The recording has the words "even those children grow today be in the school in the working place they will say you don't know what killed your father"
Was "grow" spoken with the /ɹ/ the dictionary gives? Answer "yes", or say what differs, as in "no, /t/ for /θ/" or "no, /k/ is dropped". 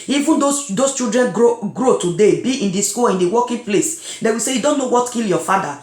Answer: yes